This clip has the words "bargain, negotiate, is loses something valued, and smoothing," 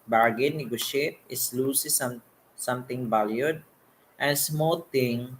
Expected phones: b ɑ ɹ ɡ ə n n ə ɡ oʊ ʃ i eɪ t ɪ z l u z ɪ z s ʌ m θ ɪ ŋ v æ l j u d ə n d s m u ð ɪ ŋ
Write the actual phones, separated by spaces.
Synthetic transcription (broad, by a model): b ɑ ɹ ɡ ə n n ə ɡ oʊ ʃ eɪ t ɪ s l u s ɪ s s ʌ m t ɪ ŋ b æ l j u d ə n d s m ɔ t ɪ ŋ